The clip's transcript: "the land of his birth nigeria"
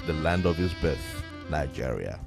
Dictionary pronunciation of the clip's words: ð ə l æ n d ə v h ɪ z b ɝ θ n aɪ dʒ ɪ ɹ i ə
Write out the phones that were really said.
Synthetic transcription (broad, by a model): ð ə l æ n d ə v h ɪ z b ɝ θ n aɪ dʒ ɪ ɹ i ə